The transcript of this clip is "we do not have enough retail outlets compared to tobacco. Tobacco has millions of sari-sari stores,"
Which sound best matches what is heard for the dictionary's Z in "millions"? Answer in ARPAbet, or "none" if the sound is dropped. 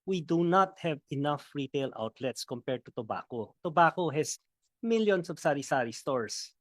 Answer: S